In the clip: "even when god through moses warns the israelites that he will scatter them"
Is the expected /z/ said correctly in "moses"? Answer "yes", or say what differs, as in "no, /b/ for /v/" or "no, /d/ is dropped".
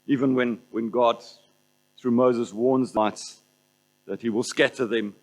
yes